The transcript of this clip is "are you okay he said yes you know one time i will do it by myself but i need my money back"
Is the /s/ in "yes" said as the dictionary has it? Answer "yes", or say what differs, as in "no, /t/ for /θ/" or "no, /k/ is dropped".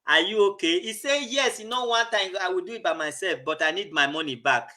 yes